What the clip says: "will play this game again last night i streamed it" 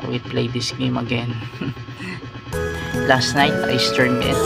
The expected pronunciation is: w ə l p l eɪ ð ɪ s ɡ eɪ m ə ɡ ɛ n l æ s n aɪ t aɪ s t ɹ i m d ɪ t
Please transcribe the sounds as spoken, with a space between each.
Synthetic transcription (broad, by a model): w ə p l eɪ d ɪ s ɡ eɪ m ə ɡ ɛ n l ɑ s n aɪ t aɪ s t ɛ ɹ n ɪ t